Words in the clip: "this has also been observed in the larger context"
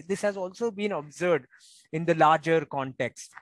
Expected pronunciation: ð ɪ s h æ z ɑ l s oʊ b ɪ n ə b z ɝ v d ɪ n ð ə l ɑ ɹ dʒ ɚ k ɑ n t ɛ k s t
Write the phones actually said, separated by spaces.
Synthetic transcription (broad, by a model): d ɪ s h æ z ɑ l s oʊ b ɪ n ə b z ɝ d ɪ n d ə l ɑ ɹ dʒ ɚ k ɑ n t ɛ k s t